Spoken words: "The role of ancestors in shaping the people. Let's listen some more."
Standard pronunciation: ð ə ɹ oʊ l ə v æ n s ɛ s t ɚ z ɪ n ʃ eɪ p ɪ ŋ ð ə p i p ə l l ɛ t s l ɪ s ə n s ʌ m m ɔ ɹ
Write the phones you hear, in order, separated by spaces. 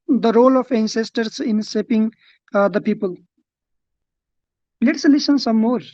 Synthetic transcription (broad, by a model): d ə ɹ oʊ l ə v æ n s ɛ s t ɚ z ɪ n s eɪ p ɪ ŋ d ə p i p ə l l ɛ t s l ɪ s ə n s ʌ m m ɔ ɹ